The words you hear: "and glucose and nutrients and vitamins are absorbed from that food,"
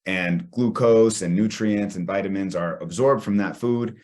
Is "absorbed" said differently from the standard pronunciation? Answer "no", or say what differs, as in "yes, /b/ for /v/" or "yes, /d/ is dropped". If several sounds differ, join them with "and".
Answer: no